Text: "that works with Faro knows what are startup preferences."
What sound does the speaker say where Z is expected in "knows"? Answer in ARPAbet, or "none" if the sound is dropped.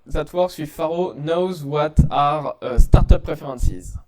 Z